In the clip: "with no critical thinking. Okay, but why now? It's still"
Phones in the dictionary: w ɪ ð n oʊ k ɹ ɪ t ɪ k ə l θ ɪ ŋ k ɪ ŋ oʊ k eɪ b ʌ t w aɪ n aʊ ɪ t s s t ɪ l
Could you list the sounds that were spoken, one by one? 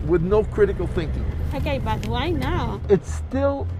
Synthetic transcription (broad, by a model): w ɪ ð n oʊ k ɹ ɪ t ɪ k l θ ɪ ŋ k ɪ ŋ oʊ k eɪ b ʌ t w aɪ n aʊ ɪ t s s t ɪ l